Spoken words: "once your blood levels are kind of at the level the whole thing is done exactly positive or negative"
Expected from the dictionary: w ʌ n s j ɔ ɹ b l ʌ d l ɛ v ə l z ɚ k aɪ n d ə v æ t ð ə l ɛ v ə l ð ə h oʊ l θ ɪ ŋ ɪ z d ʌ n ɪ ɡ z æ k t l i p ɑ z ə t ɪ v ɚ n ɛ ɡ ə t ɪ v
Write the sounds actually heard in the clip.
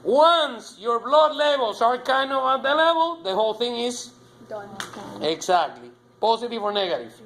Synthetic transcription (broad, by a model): w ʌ n s j ɔ ɹ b l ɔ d l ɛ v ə l s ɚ k aɪ n d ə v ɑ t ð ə l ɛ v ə l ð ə h oʊ l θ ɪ ŋ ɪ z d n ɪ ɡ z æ k t l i p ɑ s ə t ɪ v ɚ n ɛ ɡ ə t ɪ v